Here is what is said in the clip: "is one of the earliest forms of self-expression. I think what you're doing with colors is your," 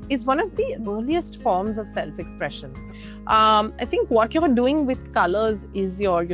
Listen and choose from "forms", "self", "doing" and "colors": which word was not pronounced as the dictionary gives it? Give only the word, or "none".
none